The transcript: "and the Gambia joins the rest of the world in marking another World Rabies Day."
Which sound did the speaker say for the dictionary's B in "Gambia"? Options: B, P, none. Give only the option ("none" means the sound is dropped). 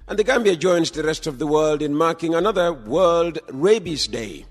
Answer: B